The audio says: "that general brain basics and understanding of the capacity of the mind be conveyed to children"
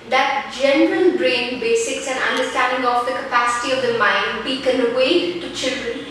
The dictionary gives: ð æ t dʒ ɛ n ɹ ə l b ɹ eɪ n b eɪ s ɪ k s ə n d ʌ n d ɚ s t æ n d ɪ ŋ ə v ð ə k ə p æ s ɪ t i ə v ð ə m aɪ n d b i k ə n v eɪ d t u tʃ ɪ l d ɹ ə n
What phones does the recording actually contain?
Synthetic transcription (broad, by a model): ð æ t dʒ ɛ n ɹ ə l b ɹ eɪ n b eɪ s ɪ k s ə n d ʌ n d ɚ s t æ n d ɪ ŋ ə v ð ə k ə p æ s ɪ t i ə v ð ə m aɪ n d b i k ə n w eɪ t u tʃ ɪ l d ɹ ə n